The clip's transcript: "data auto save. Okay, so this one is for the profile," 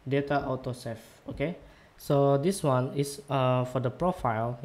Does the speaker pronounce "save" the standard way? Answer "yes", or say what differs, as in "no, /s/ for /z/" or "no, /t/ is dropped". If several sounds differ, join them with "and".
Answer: no, /f/ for /v/